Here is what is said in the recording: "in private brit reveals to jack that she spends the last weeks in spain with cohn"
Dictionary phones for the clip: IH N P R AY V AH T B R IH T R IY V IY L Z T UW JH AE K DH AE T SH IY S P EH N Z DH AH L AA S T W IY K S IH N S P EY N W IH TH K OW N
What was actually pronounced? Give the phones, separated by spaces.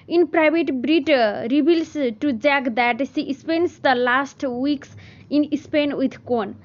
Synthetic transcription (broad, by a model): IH N P R AY B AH T B R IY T R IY B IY L S T UW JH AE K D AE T S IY S P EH N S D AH L AA S T W IY K S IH N S P EY N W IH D K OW N